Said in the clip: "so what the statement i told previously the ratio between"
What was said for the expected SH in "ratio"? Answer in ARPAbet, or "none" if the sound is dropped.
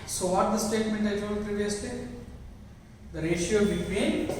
SH